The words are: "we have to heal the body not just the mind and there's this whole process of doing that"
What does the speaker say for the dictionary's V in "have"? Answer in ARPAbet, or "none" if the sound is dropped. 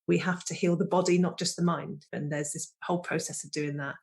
F